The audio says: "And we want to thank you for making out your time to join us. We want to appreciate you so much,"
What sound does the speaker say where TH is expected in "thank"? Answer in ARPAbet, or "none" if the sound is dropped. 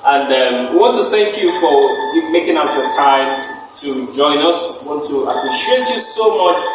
TH